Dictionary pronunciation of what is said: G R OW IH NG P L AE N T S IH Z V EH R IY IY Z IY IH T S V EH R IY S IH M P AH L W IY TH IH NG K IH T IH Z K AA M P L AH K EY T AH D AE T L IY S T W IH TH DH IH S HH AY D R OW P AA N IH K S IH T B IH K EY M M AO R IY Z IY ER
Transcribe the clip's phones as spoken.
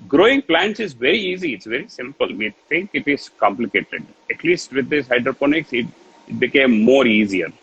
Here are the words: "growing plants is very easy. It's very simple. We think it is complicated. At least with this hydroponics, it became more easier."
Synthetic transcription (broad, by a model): G R OW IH NG P L AE N T S IH Z V EH R IY IY Z IY IH T S V EH R IY S IH M P AH L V IY T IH NG K IH T IH Z K AA M P L AH K EY T AH D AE T L IY S T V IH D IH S HH AY D R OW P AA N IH K S IH T B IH K EY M M AO R IY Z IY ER